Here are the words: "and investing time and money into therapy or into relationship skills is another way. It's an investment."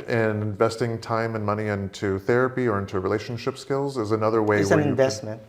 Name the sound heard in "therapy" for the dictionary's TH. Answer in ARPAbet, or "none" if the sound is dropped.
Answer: TH